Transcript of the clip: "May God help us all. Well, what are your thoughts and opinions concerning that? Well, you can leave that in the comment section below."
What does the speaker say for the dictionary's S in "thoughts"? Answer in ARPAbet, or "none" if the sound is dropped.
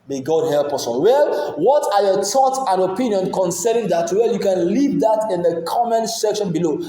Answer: none